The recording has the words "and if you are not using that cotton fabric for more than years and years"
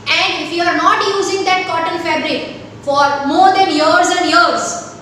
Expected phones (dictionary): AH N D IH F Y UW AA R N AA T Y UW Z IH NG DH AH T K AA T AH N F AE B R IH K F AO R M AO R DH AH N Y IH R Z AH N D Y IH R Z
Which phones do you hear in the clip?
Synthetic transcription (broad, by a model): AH N D IH F Y UW AA R N AA T Y UW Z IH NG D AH T K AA T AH L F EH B R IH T F AO R M AO R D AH N Y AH R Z AH N D Y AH R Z